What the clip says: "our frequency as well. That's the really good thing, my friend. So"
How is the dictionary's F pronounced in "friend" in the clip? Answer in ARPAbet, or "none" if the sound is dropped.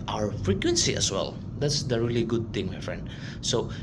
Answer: F